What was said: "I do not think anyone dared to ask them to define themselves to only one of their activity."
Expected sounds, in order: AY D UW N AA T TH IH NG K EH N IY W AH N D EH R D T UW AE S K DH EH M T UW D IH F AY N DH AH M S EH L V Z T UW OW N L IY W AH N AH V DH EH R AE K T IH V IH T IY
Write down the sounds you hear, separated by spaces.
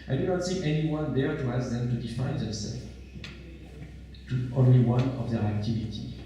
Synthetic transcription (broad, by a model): AY D UW N AA T S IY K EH N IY W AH N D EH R T UW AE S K DH EH M T UW D IH F AY N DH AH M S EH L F T UW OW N L IY W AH N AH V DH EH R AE K T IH V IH T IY